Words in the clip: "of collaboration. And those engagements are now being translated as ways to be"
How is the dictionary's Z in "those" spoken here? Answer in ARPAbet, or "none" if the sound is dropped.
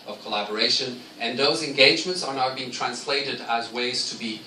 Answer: Z